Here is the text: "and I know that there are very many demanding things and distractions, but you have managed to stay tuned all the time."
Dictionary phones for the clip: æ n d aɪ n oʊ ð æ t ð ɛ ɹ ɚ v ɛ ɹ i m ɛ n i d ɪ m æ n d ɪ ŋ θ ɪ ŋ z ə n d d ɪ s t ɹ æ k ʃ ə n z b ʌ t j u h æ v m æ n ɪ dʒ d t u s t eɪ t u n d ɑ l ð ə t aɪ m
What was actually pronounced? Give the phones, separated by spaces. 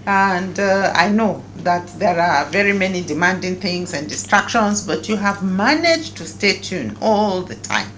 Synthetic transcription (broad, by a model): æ n d aɪ n oʊ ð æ t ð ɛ ɹ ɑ v ɛ ɹ i m ɛ n i d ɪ m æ n d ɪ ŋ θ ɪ ŋ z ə n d d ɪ s t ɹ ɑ k ʃ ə n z b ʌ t j u h æ v m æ n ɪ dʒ t u s t eɪ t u n ɑ l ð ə t aɪ m